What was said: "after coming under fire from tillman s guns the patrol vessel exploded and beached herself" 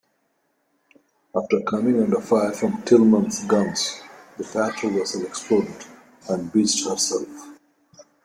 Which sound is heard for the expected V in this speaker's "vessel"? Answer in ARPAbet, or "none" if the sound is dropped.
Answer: W